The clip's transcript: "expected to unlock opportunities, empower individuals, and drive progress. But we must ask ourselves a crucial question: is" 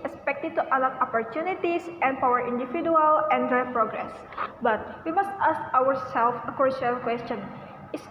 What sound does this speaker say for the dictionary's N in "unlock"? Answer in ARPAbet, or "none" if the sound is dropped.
none